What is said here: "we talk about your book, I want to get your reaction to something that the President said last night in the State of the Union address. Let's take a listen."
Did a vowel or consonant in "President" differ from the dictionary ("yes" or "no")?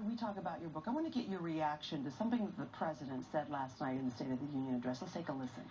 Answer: no